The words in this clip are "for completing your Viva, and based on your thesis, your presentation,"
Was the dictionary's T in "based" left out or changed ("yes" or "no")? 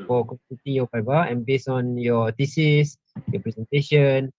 yes